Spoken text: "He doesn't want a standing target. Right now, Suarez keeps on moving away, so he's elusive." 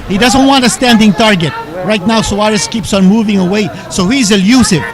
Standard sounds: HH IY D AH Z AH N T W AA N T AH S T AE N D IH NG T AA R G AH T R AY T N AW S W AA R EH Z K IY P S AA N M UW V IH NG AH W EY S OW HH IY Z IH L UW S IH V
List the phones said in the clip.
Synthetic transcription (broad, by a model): HH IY D AH Z AH N T W AA N T AH S T AE N D IH NG T AA R G AH T R AY T N AW S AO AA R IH S K IY P S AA N M UW V IH NG AH W EY S OW HH IY Z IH L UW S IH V